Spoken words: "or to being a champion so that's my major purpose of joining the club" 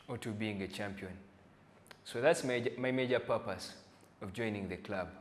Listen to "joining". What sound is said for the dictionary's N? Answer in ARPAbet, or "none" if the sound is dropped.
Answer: N